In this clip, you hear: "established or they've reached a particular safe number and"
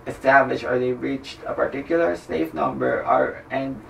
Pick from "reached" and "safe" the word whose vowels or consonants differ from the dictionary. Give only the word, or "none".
none